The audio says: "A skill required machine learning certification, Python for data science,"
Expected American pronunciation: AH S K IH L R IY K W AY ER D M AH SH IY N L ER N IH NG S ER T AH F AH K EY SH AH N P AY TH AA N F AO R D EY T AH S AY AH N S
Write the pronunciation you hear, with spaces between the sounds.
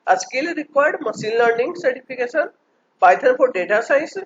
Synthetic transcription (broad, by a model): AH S K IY L R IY K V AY D M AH S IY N L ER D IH NG S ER T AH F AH K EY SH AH N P AY T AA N F AO R D EY T AH S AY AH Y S